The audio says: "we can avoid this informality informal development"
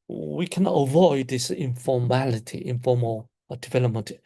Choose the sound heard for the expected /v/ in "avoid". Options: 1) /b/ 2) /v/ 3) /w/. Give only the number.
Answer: 2